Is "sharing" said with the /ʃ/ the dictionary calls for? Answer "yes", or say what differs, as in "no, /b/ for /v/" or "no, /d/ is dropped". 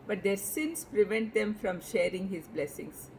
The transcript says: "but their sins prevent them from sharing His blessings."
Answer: yes